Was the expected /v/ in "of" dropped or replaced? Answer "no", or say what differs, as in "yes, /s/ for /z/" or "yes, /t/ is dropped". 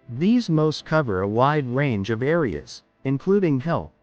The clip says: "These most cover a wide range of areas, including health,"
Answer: no